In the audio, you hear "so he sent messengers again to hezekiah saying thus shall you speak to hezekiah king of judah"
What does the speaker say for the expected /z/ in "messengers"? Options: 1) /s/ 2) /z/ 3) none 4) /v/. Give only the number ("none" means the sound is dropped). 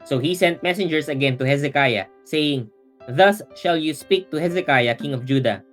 1